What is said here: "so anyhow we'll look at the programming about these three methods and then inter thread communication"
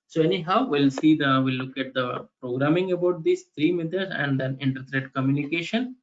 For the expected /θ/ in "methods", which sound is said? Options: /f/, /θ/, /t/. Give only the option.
/t/